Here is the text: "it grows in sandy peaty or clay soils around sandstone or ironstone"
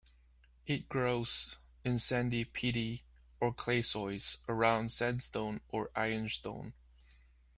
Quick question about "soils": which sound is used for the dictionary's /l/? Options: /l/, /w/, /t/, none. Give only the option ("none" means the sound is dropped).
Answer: none